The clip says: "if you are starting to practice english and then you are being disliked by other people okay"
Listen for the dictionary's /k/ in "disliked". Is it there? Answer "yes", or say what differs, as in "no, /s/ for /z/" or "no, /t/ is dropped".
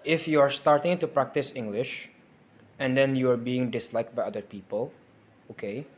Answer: yes